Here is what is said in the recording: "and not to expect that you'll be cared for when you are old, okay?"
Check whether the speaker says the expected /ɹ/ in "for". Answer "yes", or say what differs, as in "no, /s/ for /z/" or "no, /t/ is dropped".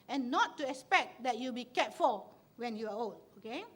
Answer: no, /l/ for /ɹ/